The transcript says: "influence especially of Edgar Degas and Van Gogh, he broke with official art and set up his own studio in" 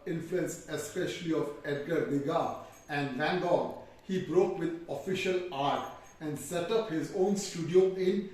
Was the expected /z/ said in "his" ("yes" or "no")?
yes